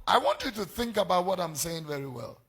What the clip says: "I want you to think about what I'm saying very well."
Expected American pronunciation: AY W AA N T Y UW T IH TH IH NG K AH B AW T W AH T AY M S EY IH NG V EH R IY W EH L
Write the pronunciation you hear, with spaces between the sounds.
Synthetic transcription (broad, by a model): AY W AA N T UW T IH TH IH NG K AH B AW T W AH T AY M S EY IH NG V EH R IY W EH L